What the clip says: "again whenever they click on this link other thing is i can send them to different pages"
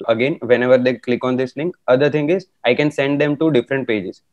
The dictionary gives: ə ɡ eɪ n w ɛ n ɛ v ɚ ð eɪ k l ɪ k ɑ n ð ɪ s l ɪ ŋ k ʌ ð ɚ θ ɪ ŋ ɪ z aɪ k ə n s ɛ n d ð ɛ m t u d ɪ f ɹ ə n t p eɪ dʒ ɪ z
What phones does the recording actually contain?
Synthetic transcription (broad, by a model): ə ɡ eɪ n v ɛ n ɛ v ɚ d eɪ k l ɪ k ɑ n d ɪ s n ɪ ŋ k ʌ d ɚ t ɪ ŋ ɪ z aɪ k ə n s ɛ n d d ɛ m t u d ɪ f ɹ ə n t p eɪ dʒ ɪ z